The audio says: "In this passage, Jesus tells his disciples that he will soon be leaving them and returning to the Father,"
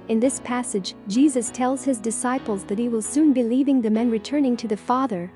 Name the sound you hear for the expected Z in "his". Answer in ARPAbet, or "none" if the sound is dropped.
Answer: Z